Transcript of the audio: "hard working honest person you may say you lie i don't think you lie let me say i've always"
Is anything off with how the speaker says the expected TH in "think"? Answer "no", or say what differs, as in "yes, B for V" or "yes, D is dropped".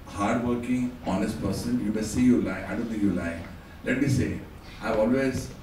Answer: yes, S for TH